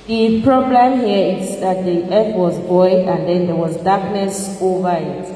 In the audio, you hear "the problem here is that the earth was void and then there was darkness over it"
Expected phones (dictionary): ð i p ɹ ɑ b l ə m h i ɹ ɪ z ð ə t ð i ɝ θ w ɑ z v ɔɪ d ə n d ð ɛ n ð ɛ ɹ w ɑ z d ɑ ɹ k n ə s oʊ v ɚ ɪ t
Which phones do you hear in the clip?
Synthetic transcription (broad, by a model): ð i p ɹ ɑ b l ə m h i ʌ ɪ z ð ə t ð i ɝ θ w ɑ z b ɔɪ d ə n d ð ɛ n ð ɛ w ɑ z d ɑ k n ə s oʊ v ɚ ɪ t